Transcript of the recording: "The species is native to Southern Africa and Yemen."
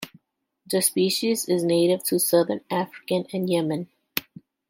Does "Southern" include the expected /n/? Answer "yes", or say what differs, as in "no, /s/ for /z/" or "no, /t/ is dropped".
yes